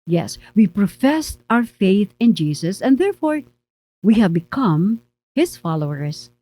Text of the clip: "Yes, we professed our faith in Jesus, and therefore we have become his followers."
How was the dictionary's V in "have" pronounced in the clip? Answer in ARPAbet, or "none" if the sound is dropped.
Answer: V